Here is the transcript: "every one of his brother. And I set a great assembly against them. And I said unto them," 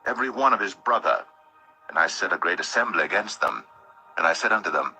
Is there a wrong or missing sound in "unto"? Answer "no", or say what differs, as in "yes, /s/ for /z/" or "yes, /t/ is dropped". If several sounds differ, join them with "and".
no